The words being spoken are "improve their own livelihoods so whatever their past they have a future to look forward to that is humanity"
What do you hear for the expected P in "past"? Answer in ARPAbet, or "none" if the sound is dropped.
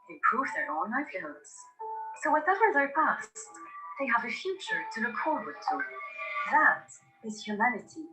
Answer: P